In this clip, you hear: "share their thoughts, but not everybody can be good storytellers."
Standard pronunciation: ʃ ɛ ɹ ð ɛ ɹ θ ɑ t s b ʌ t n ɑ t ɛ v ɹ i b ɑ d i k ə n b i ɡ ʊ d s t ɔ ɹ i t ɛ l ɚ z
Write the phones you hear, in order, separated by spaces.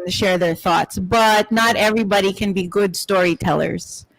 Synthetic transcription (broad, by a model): ʃ ɛ ɹ ð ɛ ɹ θ ɑ t s b ʌ t n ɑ t ɛ v ɹ i b ɑ d i k ə n b i ɡ ʊ d s t ɔ ɹ i t ɛ l ɚ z